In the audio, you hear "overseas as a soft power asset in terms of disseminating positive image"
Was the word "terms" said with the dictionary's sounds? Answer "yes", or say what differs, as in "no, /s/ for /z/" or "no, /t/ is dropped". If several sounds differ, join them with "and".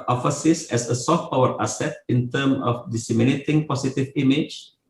no, /z/ is dropped